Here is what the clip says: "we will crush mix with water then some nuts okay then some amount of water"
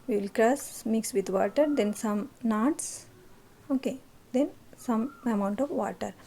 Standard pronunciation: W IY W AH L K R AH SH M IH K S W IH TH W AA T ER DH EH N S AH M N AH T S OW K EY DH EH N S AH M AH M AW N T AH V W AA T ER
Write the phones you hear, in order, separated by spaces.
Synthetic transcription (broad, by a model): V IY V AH L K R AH S M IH K S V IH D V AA T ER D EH N S AH M N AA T S OW K EY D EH N S AH M AH M AW N T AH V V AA T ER